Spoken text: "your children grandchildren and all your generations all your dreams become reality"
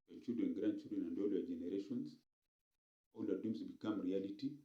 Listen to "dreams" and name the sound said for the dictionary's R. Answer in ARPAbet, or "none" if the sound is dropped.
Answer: none